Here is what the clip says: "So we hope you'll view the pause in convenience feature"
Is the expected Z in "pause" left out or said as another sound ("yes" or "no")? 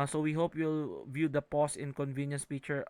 yes